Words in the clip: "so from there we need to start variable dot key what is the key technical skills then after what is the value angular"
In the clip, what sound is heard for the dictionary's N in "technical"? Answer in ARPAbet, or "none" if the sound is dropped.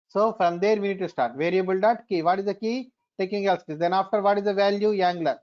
none